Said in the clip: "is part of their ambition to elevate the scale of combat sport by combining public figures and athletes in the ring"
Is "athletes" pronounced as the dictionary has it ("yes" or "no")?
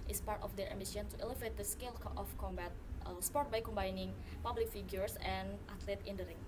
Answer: no